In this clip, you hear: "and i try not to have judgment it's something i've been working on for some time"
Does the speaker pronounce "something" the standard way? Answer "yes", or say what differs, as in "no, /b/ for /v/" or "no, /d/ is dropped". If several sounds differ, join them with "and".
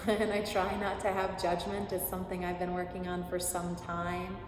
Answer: yes